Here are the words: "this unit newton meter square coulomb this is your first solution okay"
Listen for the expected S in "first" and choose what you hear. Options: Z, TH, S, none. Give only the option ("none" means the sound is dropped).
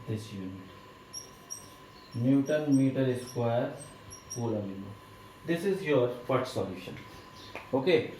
none